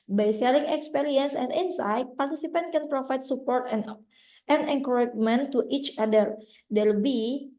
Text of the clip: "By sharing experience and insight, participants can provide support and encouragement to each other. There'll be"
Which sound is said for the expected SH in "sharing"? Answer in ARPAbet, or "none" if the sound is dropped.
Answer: S